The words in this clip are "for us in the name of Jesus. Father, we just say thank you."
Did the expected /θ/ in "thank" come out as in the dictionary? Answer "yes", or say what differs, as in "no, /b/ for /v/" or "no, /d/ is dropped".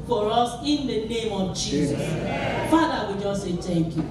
no, /t/ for /θ/